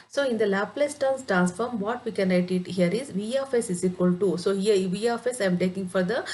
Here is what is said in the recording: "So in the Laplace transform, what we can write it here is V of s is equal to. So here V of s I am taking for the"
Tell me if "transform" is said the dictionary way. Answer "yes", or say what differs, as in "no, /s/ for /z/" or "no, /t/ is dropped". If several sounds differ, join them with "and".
yes